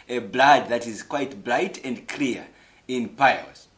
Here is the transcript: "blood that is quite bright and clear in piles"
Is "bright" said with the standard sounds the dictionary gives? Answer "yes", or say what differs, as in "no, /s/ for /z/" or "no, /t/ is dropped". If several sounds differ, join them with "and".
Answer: no, /l/ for /ɹ/